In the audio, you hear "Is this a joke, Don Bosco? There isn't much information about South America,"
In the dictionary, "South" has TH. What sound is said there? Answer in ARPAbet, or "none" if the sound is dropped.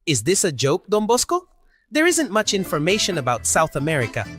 TH